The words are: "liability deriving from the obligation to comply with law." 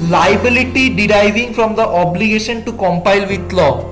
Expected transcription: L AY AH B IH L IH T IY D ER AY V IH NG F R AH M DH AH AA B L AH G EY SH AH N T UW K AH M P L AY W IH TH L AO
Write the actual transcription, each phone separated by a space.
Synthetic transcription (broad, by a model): L AY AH B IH L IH T IY D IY AY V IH NG F R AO M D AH AA B L AH G EY SH AH N T UW K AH M P AY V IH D L AO